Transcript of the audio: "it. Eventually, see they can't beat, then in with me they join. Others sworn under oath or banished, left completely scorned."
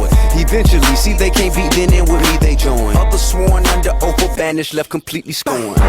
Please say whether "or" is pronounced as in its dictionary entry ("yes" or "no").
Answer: no